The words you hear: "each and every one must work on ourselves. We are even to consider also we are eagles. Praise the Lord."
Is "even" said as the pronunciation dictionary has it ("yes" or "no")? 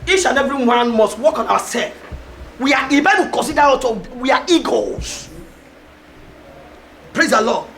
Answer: no